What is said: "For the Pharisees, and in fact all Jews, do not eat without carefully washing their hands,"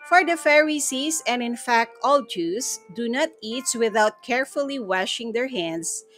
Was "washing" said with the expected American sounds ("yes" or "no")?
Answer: yes